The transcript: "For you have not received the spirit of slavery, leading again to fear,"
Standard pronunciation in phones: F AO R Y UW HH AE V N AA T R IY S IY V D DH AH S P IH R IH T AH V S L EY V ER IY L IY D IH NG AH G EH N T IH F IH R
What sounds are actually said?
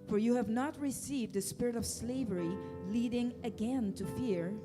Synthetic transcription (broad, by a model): F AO R Y UW HH AE V N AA T R IY S IY V D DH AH S P IH R IH T AH V S L EY V ER IY L IY D IH NG AH G EH N T IH F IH R